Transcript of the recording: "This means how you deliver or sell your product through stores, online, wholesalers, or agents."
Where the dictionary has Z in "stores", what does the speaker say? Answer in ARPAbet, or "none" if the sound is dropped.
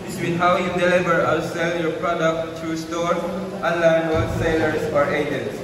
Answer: none